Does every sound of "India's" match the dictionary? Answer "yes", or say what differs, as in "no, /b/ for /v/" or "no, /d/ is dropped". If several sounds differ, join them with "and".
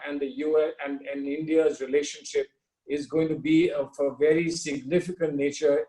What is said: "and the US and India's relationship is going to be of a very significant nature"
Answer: yes